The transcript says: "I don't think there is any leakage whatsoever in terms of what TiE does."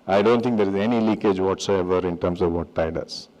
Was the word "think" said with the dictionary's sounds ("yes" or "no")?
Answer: no